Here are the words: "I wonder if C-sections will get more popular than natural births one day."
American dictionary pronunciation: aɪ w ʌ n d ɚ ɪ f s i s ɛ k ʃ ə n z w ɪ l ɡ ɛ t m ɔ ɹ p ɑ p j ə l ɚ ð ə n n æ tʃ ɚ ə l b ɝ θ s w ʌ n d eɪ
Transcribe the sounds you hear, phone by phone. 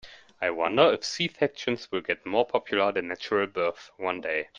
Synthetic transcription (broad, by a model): aɪ w ʌ n d ɚ ɪ f s i θ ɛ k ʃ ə n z w ɪ l ɡ ɛ t m ɔ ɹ p ɑ p j ə l ɚ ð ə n n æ tʃ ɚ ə l b ɝ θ w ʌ n d eɪ